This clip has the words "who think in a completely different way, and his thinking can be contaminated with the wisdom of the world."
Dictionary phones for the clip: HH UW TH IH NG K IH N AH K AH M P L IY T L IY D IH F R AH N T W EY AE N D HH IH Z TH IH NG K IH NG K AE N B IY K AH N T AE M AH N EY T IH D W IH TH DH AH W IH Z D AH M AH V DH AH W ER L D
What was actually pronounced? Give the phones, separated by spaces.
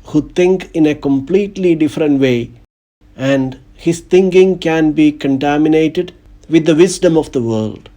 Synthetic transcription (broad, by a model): HH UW T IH NG K IH N AH K AH M P L IY T L IY D IH F R AH N T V EY AE N D HH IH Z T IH NG K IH NG K AE N B IY K AH N T AE M AH N EY T IH D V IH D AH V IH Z D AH M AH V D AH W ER L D